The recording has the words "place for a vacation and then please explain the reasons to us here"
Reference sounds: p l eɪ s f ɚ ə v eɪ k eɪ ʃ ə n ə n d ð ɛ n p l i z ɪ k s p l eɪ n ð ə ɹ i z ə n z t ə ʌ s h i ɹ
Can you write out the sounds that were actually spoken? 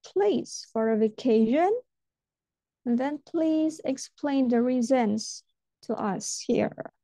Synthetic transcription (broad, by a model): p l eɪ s f ɚ ə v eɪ k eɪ ə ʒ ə n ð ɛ n p l i z ɪ k s p l eɪ n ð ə ɹ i z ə n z t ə ʌ s h i ɹ